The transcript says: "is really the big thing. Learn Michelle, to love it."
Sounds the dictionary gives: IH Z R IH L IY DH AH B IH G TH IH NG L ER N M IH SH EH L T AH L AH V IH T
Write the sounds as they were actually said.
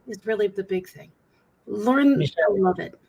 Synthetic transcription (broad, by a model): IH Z R IH L IY DH AH B IH G TH IH NG L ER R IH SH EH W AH L AH V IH T